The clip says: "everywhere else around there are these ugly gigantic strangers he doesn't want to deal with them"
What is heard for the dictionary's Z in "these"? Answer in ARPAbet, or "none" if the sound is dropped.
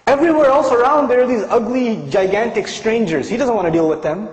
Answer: Z